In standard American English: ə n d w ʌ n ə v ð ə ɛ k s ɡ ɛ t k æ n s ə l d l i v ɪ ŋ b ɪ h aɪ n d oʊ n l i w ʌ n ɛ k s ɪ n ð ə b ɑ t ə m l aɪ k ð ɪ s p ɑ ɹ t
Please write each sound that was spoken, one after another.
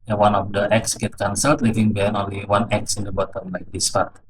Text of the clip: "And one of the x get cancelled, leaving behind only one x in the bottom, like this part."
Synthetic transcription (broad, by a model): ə w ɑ n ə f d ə ɛ k s ɡ ɛ t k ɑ n s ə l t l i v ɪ ŋ b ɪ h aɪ n oʊ n l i w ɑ n ɛ k s ɪ n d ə b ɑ t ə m l aɪ k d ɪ s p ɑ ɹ t